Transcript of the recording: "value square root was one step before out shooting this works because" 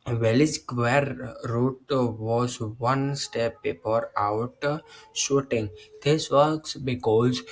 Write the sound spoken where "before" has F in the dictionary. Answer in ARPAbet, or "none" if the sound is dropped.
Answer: P